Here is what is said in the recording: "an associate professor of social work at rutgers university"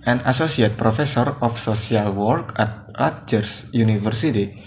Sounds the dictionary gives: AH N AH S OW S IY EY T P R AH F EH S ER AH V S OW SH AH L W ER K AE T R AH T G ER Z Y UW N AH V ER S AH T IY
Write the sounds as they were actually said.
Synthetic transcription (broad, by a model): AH N AH S OW S IY EY T P R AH F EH S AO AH F S OW S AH L W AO K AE T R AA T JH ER S Y UW N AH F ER S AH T IY